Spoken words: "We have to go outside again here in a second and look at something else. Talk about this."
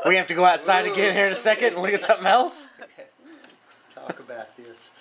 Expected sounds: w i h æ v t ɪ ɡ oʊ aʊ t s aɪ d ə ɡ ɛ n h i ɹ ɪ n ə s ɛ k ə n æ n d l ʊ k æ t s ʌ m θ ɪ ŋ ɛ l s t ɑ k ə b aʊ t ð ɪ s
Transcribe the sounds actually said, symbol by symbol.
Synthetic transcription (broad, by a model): w i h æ f t ɪ ɡ oʊ aʊ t s aɪ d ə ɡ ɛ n h i ɹ ɪ n ə s ɛ k ə n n l ʊ k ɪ t s ʌ m θ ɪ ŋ ɛ l s t ɑ k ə b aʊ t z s